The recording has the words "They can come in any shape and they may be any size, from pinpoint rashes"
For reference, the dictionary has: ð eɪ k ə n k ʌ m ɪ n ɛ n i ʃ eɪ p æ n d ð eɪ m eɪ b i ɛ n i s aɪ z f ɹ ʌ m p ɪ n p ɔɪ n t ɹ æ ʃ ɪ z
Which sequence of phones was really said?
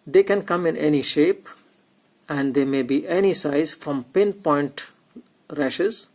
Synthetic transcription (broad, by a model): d eɪ k ə n k ʌ m ɪ n ɛ n i ʃ eɪ p æ n d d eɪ m eɪ b i ɛ n i s aɪ z f ɹ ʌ m p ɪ n p ɔɪ n t ɹ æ ʃ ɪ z